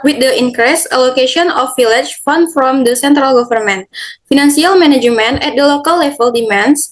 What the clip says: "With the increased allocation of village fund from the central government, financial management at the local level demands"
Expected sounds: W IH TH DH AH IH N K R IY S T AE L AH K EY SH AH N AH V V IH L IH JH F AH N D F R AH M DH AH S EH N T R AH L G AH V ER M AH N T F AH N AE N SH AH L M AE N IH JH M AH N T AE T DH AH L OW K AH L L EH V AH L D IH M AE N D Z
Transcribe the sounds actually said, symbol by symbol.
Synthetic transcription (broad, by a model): W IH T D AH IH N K R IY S AH L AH K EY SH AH N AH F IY L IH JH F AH N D F R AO M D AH S EH N T R AH L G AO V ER M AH N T F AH N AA N S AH L M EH N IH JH M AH N EH T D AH L OW K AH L L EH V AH L D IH M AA N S